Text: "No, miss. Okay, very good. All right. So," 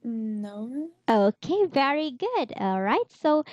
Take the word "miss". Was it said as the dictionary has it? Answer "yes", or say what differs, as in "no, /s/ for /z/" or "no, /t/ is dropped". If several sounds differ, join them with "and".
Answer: no, /s/ is dropped